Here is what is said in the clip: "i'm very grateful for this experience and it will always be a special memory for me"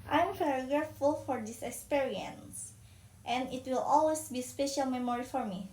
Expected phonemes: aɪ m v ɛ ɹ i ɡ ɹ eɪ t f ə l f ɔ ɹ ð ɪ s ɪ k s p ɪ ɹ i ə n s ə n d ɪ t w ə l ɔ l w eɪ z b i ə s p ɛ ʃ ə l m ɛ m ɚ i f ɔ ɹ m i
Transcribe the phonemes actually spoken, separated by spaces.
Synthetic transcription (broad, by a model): aɪ m p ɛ ɹ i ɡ ɹ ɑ f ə l f ɔ ɹ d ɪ s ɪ k s p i ɹ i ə n s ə n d ɪ t w ə l ɔ l w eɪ s b i s p ɛ ʃ ə l m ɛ m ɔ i f ɔ ɹ m i